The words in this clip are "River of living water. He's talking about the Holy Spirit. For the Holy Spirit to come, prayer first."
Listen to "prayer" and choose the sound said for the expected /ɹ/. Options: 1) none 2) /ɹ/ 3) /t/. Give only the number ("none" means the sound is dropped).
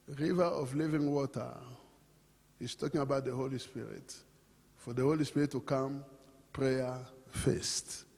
2